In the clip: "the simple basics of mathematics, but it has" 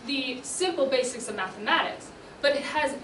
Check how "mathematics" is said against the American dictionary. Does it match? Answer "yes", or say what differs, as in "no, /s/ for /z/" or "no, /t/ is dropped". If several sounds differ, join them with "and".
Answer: yes